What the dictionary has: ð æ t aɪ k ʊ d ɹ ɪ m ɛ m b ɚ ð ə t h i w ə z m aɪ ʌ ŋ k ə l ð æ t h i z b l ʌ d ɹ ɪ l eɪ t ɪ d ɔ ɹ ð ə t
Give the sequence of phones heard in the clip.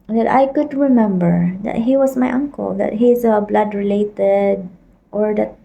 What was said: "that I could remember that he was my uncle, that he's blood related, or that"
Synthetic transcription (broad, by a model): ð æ t aɪ k ʊ d ɹ ɪ m ɛ m b ɚ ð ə t h i w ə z m aɪ ʌ ŋ k ə l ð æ t h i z b l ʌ d ɹ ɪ l eɪ t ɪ d ɔ ɹ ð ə t